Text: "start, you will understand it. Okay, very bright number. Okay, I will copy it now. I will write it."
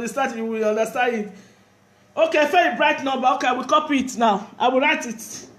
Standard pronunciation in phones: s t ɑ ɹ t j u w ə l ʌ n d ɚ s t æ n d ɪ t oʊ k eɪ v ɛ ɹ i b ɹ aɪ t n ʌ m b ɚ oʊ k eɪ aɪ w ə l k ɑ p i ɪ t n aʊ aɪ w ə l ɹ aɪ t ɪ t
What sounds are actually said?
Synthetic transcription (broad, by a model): s t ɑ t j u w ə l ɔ n d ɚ s t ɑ n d ɪ t oʊ k eɪ f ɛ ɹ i b ɹ aɪ t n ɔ b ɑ oʊ k eɪ aɪ w ə l k ɑ p i ɪ t n aʊ aɪ w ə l ɹ aɪ t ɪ t